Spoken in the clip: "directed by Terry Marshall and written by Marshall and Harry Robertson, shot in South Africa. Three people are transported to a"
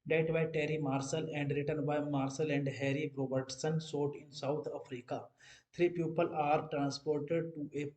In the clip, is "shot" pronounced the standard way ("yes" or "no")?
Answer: no